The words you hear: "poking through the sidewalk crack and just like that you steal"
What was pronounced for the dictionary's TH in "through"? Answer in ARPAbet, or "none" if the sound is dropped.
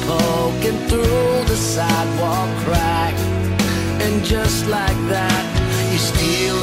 TH